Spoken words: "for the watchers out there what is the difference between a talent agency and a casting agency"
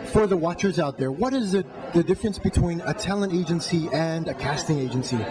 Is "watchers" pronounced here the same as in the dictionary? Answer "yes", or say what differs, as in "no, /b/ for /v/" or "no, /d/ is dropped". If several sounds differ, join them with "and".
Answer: yes